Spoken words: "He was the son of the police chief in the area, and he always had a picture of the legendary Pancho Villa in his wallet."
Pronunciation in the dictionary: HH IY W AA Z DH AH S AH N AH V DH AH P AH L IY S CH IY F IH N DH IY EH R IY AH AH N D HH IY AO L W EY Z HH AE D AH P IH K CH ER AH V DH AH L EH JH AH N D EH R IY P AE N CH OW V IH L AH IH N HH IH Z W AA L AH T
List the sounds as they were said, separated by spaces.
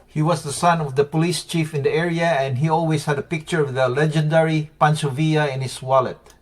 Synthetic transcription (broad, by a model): HH IY W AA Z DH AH S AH N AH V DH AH P AH L IY S CH IY F IH N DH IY EH R IY AH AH N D HH IY AO L W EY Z HH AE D AH P IH K CH ER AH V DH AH L EH JH AH N D EH R IY P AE N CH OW V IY AH IH N HH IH S W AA L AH T